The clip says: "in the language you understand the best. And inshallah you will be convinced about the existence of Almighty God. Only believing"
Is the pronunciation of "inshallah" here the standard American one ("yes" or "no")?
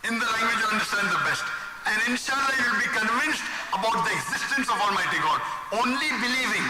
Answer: yes